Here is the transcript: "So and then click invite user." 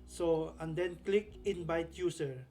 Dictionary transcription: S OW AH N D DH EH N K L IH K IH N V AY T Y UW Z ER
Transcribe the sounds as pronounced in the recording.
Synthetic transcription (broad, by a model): S OW AH N D EH N K L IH K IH N B AY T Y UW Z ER